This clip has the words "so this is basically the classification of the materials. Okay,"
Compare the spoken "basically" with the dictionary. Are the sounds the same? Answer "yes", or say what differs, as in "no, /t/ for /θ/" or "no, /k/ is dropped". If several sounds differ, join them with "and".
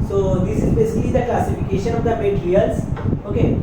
yes